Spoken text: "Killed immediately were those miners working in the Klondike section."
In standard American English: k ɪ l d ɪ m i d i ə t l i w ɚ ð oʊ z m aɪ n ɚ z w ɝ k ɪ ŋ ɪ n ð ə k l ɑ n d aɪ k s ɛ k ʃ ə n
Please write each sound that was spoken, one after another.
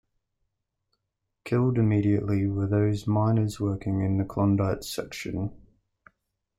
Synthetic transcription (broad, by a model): k ɪ l d ɪ m i d i ə t l i w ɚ ð oʊ z m aɪ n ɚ z w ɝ k ɪ ŋ ɪ n ð ə k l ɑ n d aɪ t s ɛ k ʃ ə n